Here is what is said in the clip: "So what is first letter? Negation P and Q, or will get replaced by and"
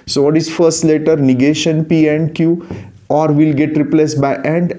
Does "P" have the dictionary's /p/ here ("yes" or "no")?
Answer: yes